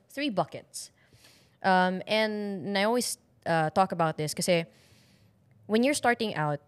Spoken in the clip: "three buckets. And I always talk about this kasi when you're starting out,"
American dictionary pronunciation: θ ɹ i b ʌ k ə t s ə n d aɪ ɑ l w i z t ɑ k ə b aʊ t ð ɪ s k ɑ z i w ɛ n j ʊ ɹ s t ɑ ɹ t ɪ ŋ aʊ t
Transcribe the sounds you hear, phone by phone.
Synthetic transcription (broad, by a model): θ ɹ i b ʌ k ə t s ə n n aɪ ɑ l w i s t ɑ k ə b aʊ t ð ɪ s k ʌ s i w ɛ n j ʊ ɹ s t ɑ ɹ t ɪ ŋ aʊ t